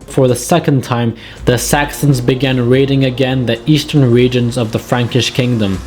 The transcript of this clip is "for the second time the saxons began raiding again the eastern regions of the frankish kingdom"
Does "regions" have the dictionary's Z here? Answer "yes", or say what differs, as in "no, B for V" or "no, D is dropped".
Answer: yes